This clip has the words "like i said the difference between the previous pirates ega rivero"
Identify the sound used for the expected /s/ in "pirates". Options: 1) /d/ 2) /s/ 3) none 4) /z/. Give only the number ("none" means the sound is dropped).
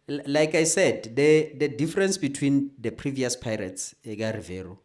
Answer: 2